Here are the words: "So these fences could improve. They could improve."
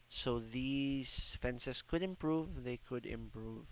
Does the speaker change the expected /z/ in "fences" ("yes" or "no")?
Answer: yes